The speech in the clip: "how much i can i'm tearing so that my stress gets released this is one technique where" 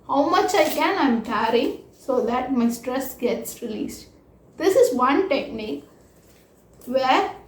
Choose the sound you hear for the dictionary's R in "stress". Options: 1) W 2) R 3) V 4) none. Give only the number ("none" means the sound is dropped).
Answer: 2